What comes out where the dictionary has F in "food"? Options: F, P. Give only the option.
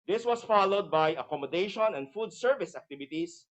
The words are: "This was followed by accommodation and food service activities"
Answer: F